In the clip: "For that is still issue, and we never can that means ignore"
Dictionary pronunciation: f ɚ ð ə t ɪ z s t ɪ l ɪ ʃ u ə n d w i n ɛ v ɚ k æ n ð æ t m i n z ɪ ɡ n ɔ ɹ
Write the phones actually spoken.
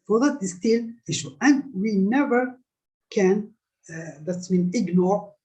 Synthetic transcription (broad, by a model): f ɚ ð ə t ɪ s t ɪ l ɪ ʃ u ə n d w i n ɛ v ɚ k æ n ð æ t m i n ɪ ɡ n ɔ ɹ